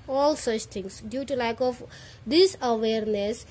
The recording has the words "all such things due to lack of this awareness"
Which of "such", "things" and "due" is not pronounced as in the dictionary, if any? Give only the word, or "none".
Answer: things